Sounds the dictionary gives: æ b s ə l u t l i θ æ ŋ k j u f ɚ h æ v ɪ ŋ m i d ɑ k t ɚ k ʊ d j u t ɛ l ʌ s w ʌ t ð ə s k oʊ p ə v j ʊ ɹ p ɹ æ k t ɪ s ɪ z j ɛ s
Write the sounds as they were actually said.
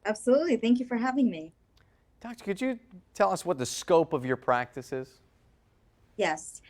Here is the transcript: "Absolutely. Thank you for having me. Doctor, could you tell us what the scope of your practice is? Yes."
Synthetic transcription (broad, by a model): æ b s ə l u t l i θ æ ŋ k j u f ɚ h æ v ɪ ŋ m i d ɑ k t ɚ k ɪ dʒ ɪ t ɛ l ʌ s w ʌ t ð ə s k oʊ p ə v j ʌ ɹ p ɹ æ k t ɪ s ɪ z j ɛ s